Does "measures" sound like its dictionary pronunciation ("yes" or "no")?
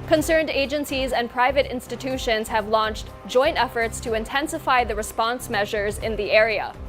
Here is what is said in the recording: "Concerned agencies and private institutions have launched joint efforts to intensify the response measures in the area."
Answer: yes